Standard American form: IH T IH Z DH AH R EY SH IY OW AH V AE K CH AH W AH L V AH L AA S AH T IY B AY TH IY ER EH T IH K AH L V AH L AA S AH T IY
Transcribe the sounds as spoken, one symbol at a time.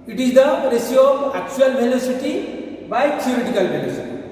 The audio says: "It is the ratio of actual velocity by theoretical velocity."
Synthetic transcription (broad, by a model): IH T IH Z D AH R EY S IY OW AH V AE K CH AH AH L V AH L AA S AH T IY B AY T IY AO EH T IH K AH L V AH L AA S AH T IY